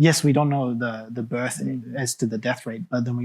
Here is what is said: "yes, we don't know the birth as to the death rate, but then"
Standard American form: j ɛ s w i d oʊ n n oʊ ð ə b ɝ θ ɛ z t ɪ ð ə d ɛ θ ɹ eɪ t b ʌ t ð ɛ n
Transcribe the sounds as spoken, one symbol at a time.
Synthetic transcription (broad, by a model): j ɛ s w i d oʊ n n oʊ ð ə b ɝ θ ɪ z t ɪ ð ə d ɛ θ ɹ eɪ t b ʌ t ð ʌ n